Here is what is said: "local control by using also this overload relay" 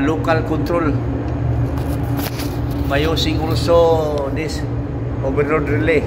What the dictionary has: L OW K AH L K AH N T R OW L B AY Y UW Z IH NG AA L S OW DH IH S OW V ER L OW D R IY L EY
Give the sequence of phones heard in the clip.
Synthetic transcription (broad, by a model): L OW K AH L K AH N T R OW L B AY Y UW S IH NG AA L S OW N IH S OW B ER N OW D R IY L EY